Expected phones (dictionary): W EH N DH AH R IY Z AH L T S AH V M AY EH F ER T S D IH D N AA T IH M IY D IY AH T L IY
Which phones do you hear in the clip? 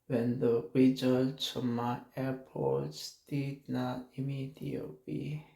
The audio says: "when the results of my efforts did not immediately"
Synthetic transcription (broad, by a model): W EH N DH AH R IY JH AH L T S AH M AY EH P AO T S D IH D N AA T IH M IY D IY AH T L IY